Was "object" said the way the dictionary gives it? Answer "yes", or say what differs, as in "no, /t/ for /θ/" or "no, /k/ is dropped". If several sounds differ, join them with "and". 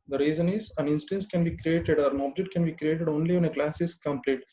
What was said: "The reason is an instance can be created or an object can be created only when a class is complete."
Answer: yes